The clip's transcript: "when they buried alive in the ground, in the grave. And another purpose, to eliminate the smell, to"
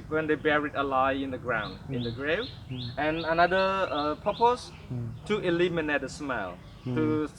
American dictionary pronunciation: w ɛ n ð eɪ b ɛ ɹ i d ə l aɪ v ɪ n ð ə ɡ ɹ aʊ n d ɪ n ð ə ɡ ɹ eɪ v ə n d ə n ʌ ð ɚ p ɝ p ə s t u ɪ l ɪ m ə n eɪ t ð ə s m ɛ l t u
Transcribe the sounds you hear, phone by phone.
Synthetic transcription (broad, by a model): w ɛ n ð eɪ b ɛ ɹ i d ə l aɪ ɪ n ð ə ɡ ɹ aʊ n d ɪ n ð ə ɡ ɹ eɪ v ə n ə n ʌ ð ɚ p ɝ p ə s t u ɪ l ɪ m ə n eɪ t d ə s m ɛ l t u